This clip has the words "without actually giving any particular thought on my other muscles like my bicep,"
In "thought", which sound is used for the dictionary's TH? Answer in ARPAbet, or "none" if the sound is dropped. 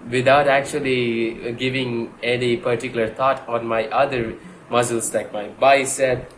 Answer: T